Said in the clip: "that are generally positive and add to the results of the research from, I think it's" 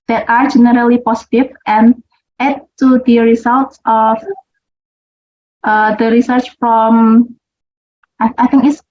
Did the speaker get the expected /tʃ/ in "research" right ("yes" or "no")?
yes